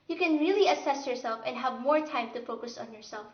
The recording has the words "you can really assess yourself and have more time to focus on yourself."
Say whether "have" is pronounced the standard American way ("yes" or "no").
yes